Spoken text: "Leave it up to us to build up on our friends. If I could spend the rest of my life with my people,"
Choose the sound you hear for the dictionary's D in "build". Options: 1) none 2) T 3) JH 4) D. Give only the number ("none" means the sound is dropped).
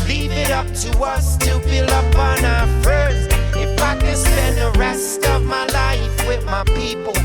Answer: 1